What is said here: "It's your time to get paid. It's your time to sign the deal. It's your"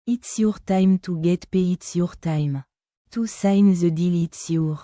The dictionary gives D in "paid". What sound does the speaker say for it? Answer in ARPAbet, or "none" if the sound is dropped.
none